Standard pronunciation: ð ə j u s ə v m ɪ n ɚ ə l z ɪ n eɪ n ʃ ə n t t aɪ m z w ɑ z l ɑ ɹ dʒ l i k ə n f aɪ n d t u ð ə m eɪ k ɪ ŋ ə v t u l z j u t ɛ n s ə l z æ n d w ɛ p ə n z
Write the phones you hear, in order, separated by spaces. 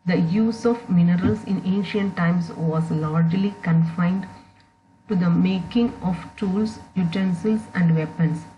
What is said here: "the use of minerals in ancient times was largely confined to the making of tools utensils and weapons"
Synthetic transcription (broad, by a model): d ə j u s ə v m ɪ n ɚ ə l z ɪ n eɪ n ʃ ə n t t aɪ m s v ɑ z l ɑ ɹ dʒ l i k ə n f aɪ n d t u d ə m eɪ k ɪ ŋ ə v t u l s j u t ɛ n s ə l s æ n d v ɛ p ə n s